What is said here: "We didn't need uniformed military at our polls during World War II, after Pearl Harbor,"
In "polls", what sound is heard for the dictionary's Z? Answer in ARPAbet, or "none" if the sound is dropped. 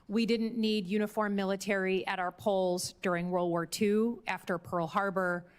Z